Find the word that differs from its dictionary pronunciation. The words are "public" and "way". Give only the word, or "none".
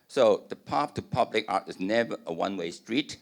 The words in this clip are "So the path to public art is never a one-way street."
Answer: none